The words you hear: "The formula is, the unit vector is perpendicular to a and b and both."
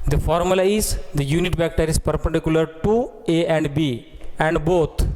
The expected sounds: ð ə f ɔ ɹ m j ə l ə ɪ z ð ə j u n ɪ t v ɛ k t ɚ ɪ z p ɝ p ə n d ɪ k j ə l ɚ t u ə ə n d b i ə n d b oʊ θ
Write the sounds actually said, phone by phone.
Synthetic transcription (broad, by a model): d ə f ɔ ɹ m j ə l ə ɪ z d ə j u n ɪ t b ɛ k t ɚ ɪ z p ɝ p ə n d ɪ k j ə l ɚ t u ə ə n d b i ə n d b oʊ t